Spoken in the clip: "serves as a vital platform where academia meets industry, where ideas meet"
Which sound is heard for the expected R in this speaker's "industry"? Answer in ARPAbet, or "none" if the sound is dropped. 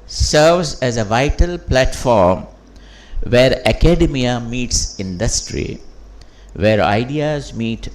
R